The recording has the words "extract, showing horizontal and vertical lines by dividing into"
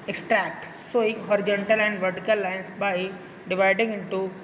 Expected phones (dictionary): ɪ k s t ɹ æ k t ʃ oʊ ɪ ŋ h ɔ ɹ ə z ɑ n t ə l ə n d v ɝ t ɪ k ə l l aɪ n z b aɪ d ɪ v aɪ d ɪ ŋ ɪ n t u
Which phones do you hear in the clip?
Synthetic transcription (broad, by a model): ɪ k s t ɹ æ k t s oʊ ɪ ŋ h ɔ ɹ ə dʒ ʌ n t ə l ə n d v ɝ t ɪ k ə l l aɪ n s b aɪ d ɪ v aɪ d ɪ ŋ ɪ n t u